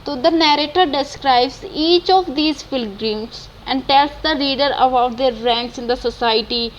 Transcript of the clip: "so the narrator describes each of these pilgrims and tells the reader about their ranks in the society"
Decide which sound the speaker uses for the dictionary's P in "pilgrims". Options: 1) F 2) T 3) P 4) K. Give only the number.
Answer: 1